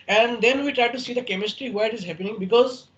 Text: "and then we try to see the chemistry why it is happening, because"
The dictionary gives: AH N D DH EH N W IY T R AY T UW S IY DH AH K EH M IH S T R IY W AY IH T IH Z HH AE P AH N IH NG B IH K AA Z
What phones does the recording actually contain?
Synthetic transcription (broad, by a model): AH N D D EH N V IY T R AY T UW S IY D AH K EH M IH S T R IY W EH IH T IH Z HH AE P AH N IH NG B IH K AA Z